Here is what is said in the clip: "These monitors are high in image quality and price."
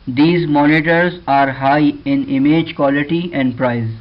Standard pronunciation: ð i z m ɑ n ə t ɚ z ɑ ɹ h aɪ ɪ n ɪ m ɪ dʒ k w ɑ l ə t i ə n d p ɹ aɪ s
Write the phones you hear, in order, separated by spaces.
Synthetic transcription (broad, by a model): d i z m ɑ n ə t ɚ z ɑ ɹ h aɪ ɪ n ɪ m ɪ dʒ k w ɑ l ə t i ə n d p ɹ aɪ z